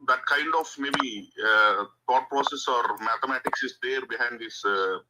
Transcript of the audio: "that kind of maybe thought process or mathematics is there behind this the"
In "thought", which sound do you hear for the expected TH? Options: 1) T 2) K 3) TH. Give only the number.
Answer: 1